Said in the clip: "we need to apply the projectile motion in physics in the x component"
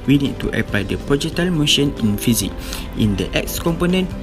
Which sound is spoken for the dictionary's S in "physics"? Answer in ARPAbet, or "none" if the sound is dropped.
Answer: none